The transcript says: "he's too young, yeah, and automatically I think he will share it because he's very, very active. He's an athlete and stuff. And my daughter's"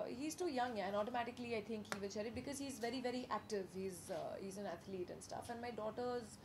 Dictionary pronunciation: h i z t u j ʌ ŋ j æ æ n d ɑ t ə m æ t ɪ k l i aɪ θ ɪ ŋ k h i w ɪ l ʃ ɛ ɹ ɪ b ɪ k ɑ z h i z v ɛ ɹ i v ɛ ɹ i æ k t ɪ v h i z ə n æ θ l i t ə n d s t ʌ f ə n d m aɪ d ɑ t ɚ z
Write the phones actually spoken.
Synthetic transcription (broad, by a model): h i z t u j ʌ ŋ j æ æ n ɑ t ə m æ t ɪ k l i aɪ t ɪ ŋ k h i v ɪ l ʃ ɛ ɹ ɪ b ɪ k ɑ z h i z v ɛ ɹ i v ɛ ɹ i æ k t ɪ v h i z ə n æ t l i t ə n d s t ʌ f ə n d m aɪ d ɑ t ɚ z